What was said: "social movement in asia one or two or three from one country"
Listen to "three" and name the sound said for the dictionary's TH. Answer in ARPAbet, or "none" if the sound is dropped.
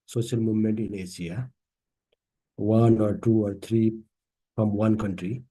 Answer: T